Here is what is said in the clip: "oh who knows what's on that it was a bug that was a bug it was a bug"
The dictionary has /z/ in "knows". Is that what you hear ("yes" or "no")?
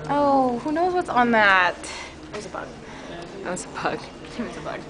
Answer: yes